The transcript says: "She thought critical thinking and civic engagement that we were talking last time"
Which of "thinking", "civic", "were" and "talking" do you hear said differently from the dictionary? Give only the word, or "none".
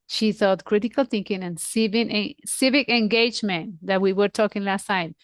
none